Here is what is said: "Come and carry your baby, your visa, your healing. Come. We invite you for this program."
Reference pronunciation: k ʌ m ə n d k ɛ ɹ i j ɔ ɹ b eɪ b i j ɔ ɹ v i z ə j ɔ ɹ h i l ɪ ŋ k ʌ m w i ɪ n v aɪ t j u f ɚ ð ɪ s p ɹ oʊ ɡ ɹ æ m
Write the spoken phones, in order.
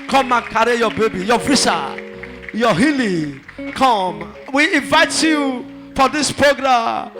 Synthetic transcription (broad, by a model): k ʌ m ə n k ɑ ɹ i j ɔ b eɪ b i j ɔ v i s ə j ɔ h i l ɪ k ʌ m w i ɪ n v aɪ t j u f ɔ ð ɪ s p ɹ oʊ ɡ ɹ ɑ m